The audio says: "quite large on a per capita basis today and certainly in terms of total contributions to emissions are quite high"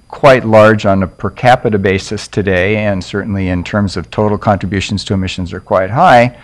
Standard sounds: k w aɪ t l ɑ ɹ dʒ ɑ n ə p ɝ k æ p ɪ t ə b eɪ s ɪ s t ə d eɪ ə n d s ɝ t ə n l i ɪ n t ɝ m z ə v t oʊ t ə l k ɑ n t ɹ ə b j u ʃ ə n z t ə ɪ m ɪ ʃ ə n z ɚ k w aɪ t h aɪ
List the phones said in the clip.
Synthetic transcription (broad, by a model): k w aɪ t l ɑ ɹ dʒ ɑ n ə p ɝ k æ p ɪ t ə b eɪ s ɪ s t ə d eɪ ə n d s ɝ t n l i ɪ n t ɝ m z ə v t oʊ t l k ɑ n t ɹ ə b j u ʃ n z t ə ɪ m ɪ ʃ ə n z ɚ k w aɪ t h aɪ